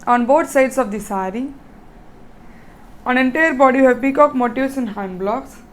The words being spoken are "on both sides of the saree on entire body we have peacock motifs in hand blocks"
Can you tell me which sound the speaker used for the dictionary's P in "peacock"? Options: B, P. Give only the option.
B